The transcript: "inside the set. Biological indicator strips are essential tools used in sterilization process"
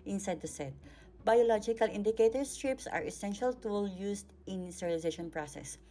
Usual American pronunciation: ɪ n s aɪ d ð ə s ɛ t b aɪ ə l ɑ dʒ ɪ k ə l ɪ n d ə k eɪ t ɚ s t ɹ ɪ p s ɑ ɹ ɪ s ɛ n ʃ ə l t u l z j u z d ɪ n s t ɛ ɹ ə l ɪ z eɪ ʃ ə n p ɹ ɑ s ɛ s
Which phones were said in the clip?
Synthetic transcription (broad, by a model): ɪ n s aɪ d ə s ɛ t b aɪ ə l ɑ dʒ ɪ k ə l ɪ n d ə k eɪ t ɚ s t ɹ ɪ p s ɑ ɹ ɪ s ɛ n ʃ ə l t u l j u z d ɪ n s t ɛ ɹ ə l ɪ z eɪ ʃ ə n p ɹ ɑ s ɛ s